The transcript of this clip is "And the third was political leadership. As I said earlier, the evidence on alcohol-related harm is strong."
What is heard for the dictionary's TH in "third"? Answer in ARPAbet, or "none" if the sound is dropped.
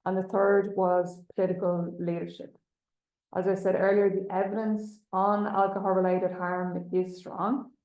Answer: TH